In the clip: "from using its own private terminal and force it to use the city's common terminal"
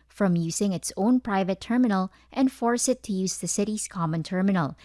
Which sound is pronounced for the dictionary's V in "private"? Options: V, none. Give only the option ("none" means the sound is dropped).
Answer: V